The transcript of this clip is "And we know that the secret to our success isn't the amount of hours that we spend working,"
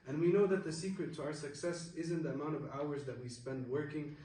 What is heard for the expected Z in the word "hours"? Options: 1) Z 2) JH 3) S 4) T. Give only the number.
1